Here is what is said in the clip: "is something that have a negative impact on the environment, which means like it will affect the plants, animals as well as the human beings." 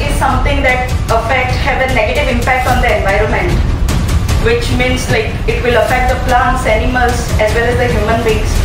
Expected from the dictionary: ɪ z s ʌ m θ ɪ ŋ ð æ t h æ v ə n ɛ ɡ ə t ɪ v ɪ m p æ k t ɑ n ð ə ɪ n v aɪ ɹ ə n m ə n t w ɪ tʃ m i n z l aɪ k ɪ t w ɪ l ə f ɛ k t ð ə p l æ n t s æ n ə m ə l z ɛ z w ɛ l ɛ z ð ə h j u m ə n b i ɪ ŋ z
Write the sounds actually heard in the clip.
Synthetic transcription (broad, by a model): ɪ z s ʌ m t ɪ ŋ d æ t h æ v ə n ɛ ɡ ə t ɪ v ɪ m p æ k t ɑ n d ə ɪ n v aɪ ɹ ə n m ə n t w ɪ tʃ m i n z l aɪ k ɪ t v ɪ l ə f ɛ k t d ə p l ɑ n t s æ n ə m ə l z ɛ z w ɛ l ɛ z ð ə h j u m ə n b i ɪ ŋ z